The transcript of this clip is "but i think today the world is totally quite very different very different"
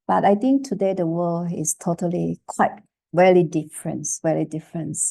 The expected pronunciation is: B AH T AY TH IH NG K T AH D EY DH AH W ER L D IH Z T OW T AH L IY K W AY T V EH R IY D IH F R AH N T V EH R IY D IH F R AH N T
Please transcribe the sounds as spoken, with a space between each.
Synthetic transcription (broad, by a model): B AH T AY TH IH NG K T AH D EY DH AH W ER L IH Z T OW T AH L IY K W AY T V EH L IY D IH F R AH N T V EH L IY D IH F R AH N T